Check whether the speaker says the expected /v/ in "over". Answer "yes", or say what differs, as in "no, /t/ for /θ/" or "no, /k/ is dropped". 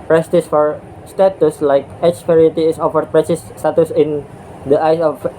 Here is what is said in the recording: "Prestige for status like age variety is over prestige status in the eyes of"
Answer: no, /f/ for /v/